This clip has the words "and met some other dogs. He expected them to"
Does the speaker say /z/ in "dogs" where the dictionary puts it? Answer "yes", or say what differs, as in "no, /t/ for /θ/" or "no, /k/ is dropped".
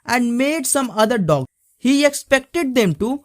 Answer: no, /z/ is dropped